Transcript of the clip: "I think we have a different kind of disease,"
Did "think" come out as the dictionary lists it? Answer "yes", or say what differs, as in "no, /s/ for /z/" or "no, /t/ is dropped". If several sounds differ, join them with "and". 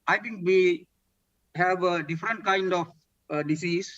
no, /t/ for /θ/